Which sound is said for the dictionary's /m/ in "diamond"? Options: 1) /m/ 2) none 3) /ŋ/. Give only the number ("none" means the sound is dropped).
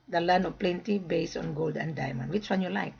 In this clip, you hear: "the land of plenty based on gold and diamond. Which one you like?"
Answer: 1